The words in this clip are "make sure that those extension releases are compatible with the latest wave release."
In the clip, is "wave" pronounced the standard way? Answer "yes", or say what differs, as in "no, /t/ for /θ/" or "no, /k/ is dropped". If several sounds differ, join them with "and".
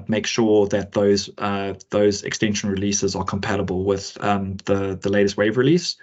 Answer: yes